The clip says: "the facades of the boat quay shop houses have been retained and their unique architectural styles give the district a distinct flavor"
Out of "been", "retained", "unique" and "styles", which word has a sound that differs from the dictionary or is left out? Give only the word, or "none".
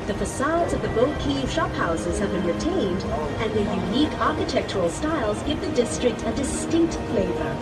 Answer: none